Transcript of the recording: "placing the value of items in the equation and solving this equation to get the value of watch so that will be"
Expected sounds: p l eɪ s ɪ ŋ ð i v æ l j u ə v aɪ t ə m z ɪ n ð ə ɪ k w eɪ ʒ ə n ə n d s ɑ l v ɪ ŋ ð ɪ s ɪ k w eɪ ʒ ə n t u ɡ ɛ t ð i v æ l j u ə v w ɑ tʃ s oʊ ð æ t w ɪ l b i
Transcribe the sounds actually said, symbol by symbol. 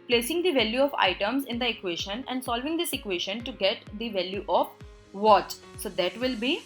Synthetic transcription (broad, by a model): p l eɪ s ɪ ŋ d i v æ l j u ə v aɪ t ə m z ɪ n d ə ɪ k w eɪ ʃ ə n ə n d s ɑ l v ɪ ŋ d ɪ s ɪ k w eɪ ʃ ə n t u ɡ ɛ t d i v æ l j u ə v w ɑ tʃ s oʊ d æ t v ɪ l b i